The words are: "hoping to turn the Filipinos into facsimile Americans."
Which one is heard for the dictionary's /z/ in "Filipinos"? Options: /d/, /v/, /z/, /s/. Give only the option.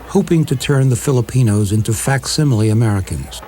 /z/